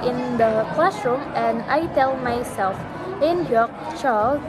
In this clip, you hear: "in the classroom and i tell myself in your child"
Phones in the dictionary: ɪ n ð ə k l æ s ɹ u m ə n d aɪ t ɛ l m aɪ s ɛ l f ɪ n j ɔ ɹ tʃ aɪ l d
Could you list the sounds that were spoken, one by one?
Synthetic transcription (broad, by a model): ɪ n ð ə k l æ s ɹ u m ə n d aɪ t ɛ l m aɪ s ɛ l f ɪ n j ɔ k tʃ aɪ